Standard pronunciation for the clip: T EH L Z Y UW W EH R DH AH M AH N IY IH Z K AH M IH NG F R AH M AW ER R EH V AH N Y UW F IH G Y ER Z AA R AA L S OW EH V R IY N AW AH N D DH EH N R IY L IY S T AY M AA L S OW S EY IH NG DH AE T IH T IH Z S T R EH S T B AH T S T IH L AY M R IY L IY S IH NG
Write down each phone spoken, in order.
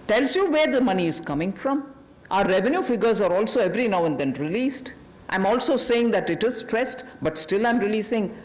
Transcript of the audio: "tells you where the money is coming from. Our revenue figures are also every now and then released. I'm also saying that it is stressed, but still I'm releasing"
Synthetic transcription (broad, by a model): T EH L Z Y UW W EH R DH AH M AH N IY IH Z K AH M IH NG F R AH M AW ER R EH V AH N Y UW F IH G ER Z AA R AA L S OW EH V R IY N AW AH N D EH N R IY L IY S T AY M AA L S OW S EY IH NG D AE T IH T IH Z S T R EH S T B AH T S T IH L AY M R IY L IY S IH NG